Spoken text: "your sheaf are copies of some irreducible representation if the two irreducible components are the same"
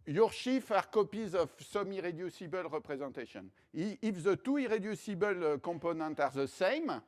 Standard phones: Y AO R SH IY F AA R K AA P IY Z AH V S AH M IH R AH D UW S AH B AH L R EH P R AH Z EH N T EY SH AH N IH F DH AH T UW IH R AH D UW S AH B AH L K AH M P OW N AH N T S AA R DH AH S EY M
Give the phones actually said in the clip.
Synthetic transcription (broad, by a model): Y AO R SH IY F AA R K AA P IY Z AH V S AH M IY R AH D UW S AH B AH L R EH P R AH Z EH N T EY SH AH N IH F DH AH T UW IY R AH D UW S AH B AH L K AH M P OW N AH N T AA R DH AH S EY M